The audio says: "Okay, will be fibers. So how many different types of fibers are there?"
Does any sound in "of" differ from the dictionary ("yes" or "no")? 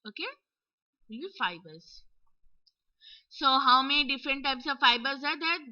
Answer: no